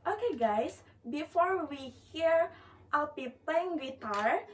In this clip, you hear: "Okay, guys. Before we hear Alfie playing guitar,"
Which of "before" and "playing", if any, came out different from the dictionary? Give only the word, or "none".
playing